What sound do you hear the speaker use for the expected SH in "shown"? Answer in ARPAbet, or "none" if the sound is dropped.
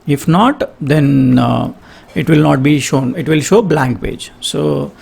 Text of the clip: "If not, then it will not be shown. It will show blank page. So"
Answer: SH